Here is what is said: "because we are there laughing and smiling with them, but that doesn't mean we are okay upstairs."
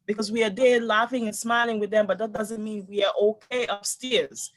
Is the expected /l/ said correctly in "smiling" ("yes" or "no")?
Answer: yes